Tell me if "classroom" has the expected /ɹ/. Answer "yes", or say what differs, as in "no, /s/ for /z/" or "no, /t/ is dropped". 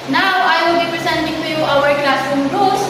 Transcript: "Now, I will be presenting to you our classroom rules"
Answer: no, /ɹ/ is dropped